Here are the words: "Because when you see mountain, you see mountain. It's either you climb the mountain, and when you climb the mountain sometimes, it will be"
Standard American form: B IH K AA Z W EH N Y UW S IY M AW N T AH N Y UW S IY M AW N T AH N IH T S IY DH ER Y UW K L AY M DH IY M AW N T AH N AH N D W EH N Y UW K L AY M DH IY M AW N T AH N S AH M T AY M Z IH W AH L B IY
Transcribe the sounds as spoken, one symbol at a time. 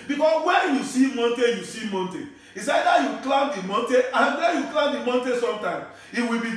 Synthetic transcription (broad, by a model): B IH K AA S W EH N Y UW S IY M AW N T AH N Y UW S IY M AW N T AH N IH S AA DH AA Y UW K L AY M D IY M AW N T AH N AH N D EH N Y UW K L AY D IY M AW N T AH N S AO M T AY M IH W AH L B IY